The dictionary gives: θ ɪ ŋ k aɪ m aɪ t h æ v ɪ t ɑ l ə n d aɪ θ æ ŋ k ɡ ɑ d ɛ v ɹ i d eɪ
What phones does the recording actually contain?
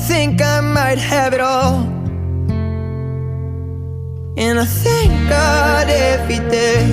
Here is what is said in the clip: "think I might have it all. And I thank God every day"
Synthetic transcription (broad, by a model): θ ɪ ŋ k aɪ m aɪ t h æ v ɪ t ɑ l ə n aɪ θ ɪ ŋ k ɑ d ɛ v i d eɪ